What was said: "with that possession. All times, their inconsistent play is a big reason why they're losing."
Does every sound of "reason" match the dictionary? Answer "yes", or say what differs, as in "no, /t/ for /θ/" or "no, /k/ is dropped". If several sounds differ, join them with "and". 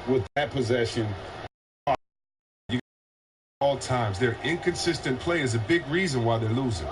yes